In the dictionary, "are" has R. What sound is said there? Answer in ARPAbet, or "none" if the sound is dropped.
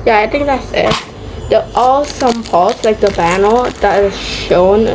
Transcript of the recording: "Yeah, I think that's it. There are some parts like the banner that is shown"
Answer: L